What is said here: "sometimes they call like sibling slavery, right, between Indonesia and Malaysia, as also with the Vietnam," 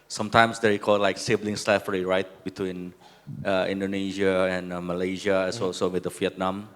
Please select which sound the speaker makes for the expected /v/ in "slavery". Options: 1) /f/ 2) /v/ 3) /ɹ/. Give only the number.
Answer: 1